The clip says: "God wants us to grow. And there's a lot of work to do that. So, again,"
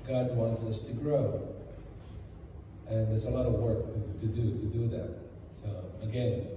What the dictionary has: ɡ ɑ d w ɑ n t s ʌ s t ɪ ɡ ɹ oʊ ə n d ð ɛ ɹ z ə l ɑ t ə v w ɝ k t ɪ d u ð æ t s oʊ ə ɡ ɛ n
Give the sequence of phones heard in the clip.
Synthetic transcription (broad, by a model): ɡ ɑ d w ɑ n t s ʌ s t ɪ ɡ ɹ oʊ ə n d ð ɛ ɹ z ə l ɑ t ə v w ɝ k t ɪ d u ð æ t s oʊ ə ɡ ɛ n